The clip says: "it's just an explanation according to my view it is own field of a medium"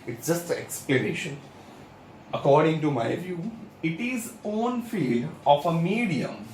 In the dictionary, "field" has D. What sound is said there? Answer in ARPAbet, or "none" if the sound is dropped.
D